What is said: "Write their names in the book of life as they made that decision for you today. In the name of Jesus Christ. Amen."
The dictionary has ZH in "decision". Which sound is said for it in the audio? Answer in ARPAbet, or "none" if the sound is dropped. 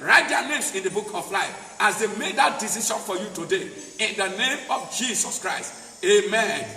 SH